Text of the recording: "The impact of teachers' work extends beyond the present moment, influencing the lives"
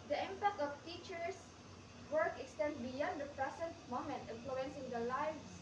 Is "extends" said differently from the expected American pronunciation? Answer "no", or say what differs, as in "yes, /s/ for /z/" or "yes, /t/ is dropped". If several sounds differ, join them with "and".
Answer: yes, /z/ is dropped